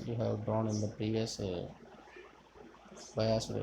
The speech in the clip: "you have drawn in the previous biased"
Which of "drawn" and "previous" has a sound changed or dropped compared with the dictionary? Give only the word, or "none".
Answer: drawn